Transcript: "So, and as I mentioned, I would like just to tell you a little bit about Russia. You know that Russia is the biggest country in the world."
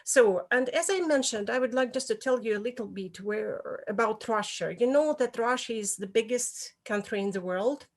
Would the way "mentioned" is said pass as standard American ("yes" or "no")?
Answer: yes